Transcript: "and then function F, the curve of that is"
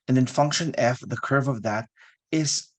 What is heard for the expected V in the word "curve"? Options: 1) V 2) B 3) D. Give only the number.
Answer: 1